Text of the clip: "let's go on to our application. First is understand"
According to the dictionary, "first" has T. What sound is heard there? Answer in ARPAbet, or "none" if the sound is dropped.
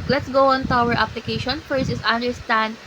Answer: none